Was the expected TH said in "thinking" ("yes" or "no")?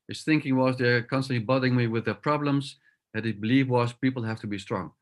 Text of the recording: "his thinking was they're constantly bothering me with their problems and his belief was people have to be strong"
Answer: yes